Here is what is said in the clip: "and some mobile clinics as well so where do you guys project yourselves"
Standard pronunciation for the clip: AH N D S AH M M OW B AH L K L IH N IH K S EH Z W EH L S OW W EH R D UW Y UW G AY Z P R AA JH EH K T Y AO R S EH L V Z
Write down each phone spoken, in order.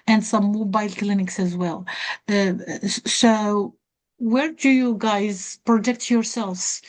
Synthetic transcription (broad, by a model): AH N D S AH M M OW B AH L K L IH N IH K S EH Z W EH L S OW W EH R D UW Y UW G AY Z P R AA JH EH K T Y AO R S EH L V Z